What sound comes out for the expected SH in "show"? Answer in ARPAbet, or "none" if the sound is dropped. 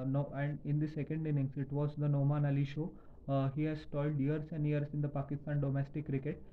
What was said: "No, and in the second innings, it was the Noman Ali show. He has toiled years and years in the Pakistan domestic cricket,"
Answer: SH